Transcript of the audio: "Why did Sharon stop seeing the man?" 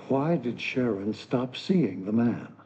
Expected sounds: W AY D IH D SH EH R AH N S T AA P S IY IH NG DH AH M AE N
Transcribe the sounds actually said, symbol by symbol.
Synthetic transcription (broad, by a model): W AY D IH D SH EH R AH N S T AA P S IY IH NG DH AH M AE N